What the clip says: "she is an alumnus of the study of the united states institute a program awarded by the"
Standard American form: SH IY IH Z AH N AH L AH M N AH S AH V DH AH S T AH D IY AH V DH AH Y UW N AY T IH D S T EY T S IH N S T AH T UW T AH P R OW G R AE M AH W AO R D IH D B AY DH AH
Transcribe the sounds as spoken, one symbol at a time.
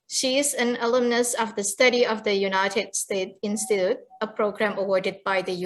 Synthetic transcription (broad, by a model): SH IY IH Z AH N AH L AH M N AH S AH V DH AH S T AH D IY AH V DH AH Y UW N AY T IH D S T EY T IH N S T AH T UW T AH P R OW G R AE M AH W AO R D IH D B AY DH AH